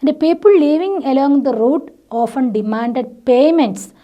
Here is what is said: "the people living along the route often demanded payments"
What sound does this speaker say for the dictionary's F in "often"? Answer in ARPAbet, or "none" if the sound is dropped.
F